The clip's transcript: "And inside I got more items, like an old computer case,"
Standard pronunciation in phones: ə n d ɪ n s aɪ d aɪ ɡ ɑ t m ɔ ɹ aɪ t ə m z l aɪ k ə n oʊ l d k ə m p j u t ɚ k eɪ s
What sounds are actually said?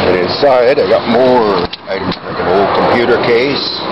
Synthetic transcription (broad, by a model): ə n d ɪ n s aɪ d aɪ ɡ ɑ t m ɔ ɹ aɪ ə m l aɪ k ə n oʊ l d k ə m p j u t ɚ k eɪ s